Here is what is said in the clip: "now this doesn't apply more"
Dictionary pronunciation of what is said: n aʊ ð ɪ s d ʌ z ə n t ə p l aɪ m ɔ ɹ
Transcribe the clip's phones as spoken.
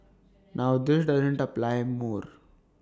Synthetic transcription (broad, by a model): n aʊ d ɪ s d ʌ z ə n t ə p l aɪ m ɔ ɹ